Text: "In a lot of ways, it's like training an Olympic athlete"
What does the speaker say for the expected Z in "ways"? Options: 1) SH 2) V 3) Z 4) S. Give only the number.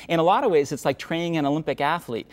3